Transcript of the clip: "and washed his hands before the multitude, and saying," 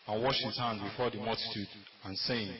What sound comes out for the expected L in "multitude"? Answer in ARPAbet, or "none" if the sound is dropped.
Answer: L